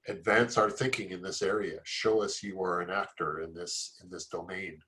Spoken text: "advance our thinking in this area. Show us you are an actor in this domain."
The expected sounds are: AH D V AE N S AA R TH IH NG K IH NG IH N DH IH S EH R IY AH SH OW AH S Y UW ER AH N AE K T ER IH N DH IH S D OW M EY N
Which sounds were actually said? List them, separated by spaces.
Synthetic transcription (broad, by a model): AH D V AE N S AA R TH IH NG K IH NG IH N DH IH S EH R IY AH SH OW AH S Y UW ER AH N AE K T ER IH N DH IH S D OW M EY N